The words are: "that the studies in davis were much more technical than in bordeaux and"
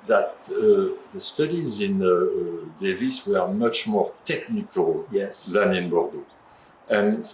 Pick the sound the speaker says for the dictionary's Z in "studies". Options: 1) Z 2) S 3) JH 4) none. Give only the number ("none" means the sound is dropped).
1